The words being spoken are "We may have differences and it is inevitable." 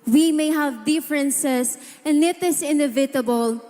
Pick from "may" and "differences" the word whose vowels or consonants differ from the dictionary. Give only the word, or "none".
differences